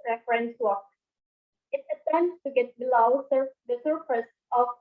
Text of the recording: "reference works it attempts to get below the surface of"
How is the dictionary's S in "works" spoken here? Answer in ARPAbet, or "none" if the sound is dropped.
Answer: none